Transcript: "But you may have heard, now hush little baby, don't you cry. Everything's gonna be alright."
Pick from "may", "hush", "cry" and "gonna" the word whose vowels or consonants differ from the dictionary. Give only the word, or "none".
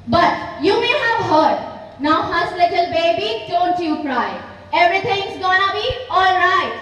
hush